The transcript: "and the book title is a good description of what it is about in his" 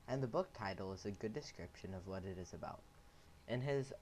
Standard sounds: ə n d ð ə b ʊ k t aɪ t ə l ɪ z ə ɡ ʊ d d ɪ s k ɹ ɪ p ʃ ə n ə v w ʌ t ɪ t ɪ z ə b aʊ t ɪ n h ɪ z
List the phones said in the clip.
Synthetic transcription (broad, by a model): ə n ð ə b ʊ k t aɪ t l ɪ z ə ɡ ʊ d d ɪ s k ɹ ɪ p ʃ ə n ə v w ʌ t ɪ t ɪ z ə b aʊ t ɪ n ɪ z